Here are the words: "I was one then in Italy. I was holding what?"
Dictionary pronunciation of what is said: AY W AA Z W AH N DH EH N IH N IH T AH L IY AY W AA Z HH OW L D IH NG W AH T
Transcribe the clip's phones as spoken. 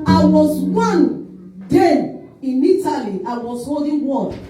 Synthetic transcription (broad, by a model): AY W AA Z W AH N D EH IH N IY T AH L IY AY W AA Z HH OW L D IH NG W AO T